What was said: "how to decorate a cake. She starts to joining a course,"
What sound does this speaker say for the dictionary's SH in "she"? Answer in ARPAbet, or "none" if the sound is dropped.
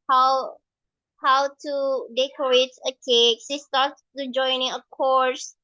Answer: S